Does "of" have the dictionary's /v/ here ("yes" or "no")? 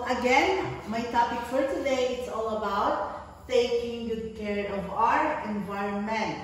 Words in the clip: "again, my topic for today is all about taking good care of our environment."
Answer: yes